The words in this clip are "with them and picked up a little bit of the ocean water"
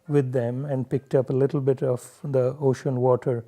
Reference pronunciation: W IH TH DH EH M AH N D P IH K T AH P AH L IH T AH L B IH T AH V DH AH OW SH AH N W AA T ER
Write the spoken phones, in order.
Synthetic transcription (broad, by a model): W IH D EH M AH N D P IH K T AH P AH L IH T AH L B IH T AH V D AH OW SH AH N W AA T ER